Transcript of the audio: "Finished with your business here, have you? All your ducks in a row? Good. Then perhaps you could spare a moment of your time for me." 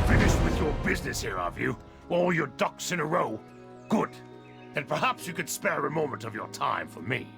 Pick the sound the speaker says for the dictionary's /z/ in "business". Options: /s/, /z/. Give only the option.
/z/